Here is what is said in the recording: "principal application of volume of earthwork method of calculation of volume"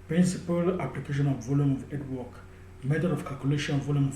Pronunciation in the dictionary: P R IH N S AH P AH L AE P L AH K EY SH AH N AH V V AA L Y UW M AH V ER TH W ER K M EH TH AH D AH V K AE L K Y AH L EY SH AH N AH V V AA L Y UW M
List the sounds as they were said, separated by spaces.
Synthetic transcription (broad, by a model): P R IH N S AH P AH L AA P L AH K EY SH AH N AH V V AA L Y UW M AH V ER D W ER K M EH T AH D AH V K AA L K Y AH L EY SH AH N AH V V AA L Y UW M